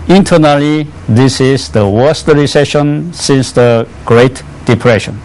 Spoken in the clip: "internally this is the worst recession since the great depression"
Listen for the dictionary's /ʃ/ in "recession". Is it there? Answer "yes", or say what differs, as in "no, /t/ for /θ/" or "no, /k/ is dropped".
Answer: yes